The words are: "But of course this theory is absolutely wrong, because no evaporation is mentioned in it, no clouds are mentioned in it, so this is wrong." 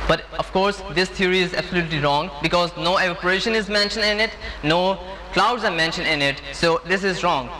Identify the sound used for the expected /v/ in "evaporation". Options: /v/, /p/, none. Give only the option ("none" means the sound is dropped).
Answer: none